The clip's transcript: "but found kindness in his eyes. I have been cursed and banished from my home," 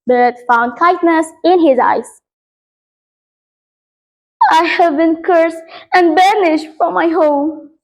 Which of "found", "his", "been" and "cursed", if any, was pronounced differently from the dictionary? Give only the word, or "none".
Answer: cursed